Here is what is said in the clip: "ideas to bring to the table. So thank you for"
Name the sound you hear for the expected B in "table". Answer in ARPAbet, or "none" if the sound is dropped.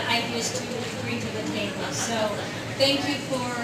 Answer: none